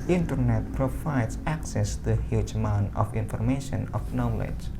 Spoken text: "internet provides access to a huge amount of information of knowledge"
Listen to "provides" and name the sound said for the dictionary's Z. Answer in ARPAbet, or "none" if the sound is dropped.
S